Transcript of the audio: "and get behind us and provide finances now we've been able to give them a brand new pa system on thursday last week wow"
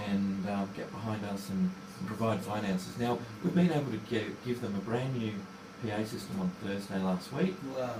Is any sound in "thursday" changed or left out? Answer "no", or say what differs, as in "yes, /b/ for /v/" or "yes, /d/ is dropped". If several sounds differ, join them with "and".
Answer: no